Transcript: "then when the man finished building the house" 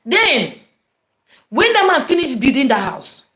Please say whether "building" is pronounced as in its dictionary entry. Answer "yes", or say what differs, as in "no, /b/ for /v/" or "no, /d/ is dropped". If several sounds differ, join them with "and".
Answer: no, /l/ is dropped